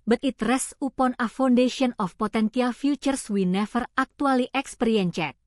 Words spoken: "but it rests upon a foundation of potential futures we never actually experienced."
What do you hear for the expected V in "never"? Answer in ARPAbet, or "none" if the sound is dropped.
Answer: F